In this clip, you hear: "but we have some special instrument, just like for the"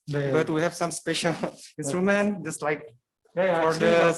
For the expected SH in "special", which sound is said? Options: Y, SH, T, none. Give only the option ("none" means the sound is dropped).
SH